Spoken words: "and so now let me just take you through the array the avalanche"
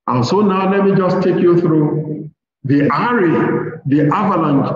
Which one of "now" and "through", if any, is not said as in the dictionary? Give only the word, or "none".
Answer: none